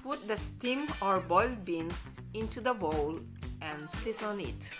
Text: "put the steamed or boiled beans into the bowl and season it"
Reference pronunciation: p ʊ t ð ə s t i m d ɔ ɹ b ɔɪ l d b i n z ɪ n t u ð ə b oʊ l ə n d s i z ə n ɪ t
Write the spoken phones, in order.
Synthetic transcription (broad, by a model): p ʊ t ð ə s t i m ɔ ɹ b ɔɪ l b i n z ɪ n t u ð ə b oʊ l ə n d s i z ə n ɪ t